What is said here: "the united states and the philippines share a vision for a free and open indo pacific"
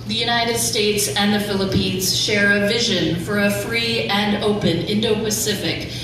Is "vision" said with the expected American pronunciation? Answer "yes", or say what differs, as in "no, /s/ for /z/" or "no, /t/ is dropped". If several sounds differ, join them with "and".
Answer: yes